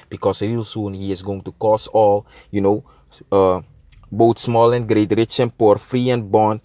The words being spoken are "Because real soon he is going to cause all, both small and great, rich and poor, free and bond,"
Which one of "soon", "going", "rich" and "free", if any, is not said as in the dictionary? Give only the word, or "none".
none